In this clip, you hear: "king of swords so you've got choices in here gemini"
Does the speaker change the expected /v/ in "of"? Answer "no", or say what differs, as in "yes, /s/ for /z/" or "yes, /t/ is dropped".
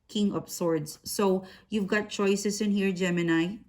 yes, /p/ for /v/